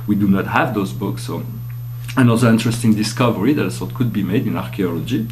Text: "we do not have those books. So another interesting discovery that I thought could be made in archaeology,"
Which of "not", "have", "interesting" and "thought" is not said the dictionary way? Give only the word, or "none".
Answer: thought